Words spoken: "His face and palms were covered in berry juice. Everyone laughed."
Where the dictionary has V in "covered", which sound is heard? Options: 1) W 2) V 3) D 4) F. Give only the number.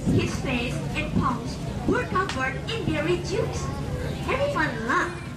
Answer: 4